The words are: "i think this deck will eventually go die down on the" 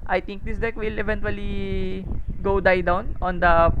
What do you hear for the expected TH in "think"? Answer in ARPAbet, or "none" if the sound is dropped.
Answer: T